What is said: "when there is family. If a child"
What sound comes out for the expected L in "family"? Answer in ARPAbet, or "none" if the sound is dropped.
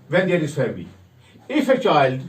none